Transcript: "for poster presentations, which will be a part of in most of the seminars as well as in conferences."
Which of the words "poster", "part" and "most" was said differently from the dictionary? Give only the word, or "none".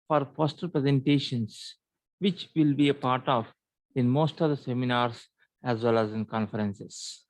poster